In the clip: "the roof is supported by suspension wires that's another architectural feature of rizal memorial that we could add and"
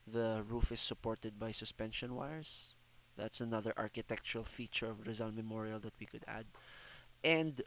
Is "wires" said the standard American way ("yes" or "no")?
no